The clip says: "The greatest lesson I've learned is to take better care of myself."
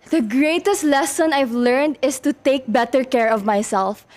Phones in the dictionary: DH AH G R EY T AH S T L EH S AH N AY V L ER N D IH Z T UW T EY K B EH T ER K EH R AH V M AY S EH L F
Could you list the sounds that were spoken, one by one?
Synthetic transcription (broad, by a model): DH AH G R EY T AH S T L EH S AH N AY V L ER N D IH S T UW T EY K B EH T ER K EH R AH V M AY S EH L F